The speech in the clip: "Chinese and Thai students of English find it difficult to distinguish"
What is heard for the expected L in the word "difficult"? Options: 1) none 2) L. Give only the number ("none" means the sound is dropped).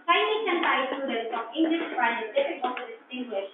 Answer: 1